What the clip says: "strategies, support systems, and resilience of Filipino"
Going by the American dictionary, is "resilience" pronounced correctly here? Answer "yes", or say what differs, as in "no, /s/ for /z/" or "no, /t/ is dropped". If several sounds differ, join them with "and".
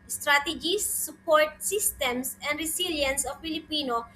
no, /s/ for /z/